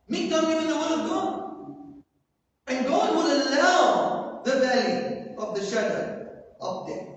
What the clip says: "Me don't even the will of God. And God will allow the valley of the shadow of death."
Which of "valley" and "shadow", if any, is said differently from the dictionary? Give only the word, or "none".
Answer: none